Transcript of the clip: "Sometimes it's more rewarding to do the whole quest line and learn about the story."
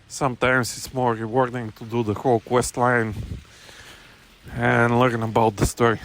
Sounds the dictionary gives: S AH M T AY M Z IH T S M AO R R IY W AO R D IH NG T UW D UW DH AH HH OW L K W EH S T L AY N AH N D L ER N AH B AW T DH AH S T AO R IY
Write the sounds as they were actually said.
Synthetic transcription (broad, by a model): S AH M T AY M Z IH T S M AO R R IY W AO R D IH NG T UW D UW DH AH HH OW L K W EH S T L AY N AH N L ER N AH B AW T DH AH S T AO R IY